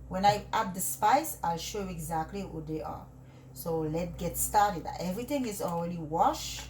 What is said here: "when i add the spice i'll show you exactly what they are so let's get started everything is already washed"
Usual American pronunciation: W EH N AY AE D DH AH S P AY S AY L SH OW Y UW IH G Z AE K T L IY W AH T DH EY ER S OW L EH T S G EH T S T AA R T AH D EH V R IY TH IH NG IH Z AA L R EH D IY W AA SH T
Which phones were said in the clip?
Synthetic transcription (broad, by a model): W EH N AY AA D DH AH S P AY S AY L SH OW Y UW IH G Z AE K T L IY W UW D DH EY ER S OW L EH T G EH T S T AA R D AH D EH V R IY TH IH NG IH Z AA L R EH D IY W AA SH